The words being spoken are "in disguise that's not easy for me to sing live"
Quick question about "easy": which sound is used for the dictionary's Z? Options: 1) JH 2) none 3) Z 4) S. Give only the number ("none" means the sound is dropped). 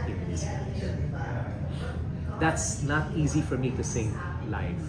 3